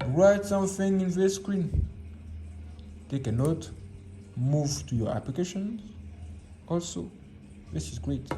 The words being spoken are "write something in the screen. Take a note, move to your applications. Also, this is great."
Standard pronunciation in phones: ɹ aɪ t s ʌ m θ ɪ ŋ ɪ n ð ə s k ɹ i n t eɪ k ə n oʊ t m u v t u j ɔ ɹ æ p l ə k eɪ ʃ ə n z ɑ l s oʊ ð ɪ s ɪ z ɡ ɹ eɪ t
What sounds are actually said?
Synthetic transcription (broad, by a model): ɹ aɪ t s ʌ m θ ɪ ŋ ɪ n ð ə s k ɹ i n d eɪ k ə n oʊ t m u v t u j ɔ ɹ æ p l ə k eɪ ʃ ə n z ɑ l s oʊ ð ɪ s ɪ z ɡ ɹ eɪ t